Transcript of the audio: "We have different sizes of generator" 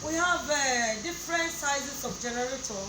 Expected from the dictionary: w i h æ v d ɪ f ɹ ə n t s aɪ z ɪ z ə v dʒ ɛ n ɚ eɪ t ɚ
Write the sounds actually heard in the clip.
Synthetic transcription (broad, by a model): w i h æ v d ɪ f ɹ ə n t s aɪ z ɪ s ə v dʒ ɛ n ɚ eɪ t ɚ